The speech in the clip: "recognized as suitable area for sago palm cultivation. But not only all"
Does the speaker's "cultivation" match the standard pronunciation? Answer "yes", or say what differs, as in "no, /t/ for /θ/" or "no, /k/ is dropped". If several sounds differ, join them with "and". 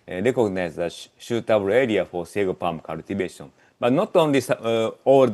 no, /b/ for /v/